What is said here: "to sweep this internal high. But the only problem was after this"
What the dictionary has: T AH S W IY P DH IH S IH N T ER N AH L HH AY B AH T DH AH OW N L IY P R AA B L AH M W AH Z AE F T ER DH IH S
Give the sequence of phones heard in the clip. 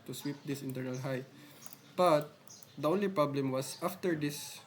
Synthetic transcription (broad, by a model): T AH S W IY P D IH S IH N T ER N AH L HH AY B AH T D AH OW N L IY P R AA B L AH M W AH S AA F T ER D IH S